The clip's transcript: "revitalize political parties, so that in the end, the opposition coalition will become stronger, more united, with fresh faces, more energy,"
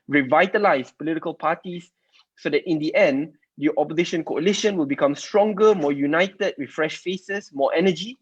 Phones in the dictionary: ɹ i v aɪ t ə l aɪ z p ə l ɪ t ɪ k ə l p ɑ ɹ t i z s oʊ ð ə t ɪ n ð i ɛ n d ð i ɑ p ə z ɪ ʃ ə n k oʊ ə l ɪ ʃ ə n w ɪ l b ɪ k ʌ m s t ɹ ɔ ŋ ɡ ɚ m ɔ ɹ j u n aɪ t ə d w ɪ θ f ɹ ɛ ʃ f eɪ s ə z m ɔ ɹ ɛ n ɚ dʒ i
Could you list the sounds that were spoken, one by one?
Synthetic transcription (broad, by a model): ɹ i v aɪ t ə l aɪ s p ə l ɪ t ɪ k ə l p ɑ t i s oʊ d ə t ɪ n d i ɛ n d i ɑ p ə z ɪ ʃ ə n k oʊ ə l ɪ ʃ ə n w ɪ l b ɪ k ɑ m s t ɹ ɔ ŋ ɡ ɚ m ɔ j u n aɪ t ə d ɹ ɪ f ɹ ɛ ʃ f eɪ s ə s m ɔ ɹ ɛ n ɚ dʒ i